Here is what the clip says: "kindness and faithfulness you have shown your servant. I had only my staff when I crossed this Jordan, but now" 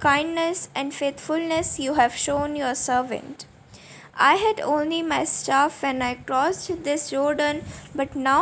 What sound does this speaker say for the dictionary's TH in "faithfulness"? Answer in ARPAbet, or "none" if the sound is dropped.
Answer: T